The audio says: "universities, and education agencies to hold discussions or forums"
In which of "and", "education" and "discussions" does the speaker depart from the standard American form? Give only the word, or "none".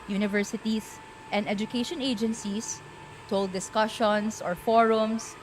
discussions